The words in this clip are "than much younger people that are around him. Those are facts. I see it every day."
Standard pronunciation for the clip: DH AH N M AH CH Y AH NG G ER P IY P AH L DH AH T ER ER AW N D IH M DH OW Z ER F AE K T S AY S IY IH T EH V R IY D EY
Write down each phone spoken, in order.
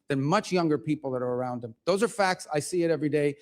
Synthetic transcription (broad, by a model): DH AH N M AH CH Y AH NG G ER P IY P L DH AH T ER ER AW N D IH M DH OW Z ER F AE K T S AY S IY IH T EH V R IY D EY